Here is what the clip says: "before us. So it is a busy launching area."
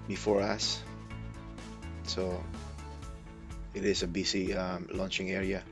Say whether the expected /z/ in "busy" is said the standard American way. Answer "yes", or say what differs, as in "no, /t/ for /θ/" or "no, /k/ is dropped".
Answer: no, /s/ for /z/